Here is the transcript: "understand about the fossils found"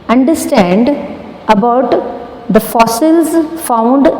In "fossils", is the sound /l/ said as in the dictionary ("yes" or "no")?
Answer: yes